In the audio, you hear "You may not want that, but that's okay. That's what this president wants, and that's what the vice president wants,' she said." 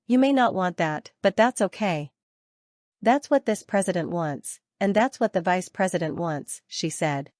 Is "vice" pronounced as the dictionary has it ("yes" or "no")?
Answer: yes